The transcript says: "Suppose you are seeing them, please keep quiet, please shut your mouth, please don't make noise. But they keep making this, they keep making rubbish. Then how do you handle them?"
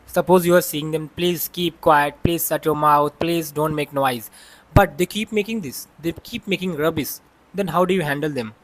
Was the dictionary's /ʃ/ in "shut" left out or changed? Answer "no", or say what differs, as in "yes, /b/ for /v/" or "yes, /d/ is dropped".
yes, /s/ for /ʃ/